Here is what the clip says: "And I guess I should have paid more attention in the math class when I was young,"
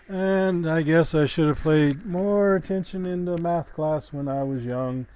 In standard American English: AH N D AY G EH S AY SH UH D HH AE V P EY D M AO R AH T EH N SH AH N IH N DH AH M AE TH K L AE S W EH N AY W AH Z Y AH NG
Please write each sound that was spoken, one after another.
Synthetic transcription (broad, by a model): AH N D AY G EH S AY SH UH D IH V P EY D M AO R AH T EH N SH AH N IH N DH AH M AE TH K L AE S W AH N AY W AH Z Y AH NG